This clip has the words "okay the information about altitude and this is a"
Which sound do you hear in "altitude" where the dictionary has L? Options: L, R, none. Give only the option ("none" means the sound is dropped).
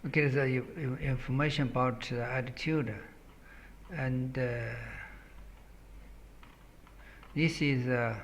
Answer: none